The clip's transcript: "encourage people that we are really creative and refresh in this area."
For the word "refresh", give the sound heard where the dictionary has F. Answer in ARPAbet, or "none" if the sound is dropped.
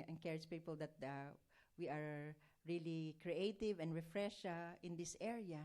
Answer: F